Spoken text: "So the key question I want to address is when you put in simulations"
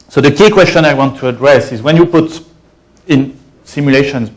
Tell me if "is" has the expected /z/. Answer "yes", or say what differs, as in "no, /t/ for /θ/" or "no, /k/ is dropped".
yes